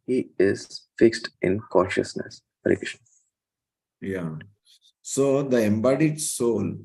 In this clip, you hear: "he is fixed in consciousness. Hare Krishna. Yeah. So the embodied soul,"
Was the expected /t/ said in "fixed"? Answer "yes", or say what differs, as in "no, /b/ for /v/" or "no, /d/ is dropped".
yes